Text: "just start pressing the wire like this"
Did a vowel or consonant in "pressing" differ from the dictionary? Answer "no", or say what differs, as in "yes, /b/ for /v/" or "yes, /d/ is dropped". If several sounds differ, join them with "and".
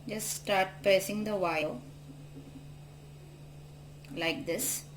yes, /ɹ/ is dropped